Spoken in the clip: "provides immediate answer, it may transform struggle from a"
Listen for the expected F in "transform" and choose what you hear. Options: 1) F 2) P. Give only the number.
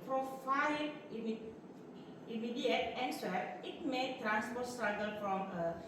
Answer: 2